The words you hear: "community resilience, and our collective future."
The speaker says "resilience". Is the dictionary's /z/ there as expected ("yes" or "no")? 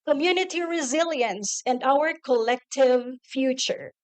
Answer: yes